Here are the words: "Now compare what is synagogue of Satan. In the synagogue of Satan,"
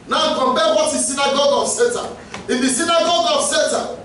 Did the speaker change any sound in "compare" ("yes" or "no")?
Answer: yes